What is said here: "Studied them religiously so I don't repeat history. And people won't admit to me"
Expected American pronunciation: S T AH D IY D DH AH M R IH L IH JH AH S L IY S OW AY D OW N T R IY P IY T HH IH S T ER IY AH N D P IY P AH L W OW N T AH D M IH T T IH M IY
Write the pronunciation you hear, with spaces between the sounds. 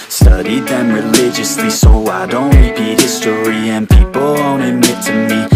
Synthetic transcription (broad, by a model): S T AH D IY D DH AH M R IH L IH JH AH S L IY S OW AY D OW N T L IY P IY HH IH S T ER IY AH N P IY P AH L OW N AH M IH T T IH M IY